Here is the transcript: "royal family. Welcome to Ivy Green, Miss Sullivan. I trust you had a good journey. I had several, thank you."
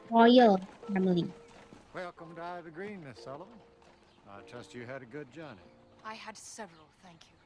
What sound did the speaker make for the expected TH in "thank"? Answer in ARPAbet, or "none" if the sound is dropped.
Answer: TH